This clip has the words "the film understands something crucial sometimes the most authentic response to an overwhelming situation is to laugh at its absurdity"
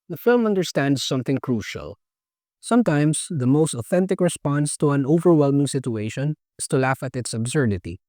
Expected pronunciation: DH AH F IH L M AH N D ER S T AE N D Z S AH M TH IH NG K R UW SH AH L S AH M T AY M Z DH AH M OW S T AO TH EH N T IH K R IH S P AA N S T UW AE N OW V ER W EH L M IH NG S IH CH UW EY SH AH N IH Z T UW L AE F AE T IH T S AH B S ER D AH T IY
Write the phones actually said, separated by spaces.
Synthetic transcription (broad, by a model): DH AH F IH L M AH N D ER S T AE N D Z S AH M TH IH NG K R UW SH AH L S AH M T AY M S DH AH M OW S T AO TH EH N T IH K R IH S P AA N S T UW AE N OW V ER W EH L M IH NG S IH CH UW EY SH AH N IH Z T UW L AE F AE T IH T S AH B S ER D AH T IY